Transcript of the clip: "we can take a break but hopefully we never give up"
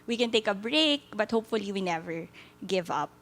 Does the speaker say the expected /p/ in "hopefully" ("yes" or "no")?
yes